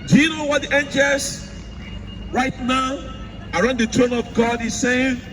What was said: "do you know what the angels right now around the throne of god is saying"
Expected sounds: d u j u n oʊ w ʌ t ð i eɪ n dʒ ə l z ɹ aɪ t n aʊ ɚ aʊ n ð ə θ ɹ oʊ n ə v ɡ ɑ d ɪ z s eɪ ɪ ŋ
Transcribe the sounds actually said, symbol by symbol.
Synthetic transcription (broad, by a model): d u j u n oʊ w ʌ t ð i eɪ n dʒ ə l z ɹ aɪ t n aʊ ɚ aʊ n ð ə t ɹ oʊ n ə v ɡ ɑ d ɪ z s eɪ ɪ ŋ